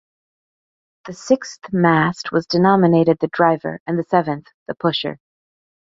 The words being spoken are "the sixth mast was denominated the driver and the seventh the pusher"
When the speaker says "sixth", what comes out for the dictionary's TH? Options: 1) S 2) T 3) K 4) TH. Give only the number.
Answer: 4